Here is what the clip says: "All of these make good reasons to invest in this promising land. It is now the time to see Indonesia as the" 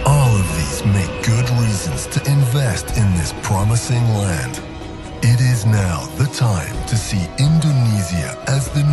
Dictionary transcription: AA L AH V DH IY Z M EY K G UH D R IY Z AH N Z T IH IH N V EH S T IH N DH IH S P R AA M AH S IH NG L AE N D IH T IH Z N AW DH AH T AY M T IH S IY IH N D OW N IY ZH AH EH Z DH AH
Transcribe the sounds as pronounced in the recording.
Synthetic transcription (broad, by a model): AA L AH V DH IY Z M EY K G UH D R IY Z AH N Z T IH IH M V EH S T IH N DH IH S P R AA M AH S IH NG L AE N D IH T IH Z N AW DH AH T AY M T IH S IY IH N D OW N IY Z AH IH Z DH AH